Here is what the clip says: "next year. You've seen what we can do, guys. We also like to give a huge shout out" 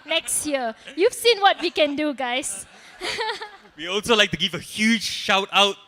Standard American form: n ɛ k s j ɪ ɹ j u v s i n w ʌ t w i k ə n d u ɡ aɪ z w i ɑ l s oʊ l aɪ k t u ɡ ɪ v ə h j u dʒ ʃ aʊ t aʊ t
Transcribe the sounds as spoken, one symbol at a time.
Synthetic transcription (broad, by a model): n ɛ k s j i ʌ j u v s i n w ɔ t w i k ə n d u ɡ aɪ s w i ɑ l s oʊ l aɪ k t u ɡ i v ə h j u dʒ ʃ aʊ t aʊ t